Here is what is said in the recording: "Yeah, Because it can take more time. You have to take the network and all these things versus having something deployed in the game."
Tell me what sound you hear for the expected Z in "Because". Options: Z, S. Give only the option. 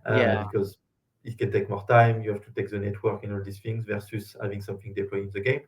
Z